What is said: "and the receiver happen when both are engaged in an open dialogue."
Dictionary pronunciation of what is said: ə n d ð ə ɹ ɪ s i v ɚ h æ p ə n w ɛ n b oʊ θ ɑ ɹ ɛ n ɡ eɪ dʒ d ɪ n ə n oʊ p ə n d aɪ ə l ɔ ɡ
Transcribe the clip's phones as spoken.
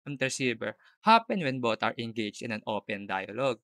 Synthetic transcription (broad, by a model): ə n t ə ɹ s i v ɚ h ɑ p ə n w ɛ n b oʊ t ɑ ɹ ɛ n ɡ eɪ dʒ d ɪ n ə n oʊ p ə n d aɪ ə l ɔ ɡ